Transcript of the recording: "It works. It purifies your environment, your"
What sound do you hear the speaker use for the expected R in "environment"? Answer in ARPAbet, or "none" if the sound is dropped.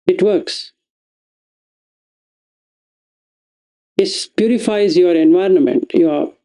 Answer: R